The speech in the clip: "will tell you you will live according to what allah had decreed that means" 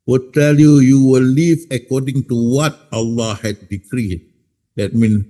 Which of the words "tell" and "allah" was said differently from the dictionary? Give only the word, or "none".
none